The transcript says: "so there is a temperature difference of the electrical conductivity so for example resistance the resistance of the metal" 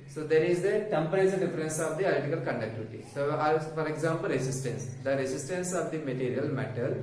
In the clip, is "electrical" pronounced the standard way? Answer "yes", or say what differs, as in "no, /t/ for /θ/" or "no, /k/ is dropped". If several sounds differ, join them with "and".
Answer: no, /k/ is dropped and /ɹ/ is dropped